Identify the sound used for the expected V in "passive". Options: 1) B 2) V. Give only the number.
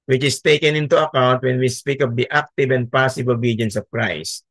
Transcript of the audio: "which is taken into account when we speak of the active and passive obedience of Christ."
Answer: 1